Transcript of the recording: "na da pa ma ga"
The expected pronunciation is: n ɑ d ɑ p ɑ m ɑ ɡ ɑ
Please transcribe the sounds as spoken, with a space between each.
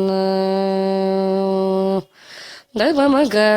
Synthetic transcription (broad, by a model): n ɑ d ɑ b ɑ m ɑ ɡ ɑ